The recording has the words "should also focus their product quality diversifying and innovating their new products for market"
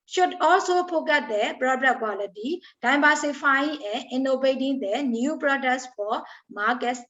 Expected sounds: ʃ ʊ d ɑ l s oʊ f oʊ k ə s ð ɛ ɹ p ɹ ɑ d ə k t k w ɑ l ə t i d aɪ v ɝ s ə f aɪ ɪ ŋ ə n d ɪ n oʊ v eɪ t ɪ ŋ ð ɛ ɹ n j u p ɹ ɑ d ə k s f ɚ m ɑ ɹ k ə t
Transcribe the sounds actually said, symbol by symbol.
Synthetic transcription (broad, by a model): ʃ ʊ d ɑ l s oʊ p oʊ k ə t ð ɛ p ɹ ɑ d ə t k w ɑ l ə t i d aɪ b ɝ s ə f aɪ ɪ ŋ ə n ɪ n oʊ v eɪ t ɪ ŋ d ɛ n j u p ɹ ɑ d ə k s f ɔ m ɑ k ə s